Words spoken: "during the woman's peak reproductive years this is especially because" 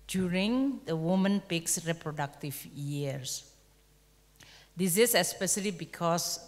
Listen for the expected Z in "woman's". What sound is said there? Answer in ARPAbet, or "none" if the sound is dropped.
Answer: none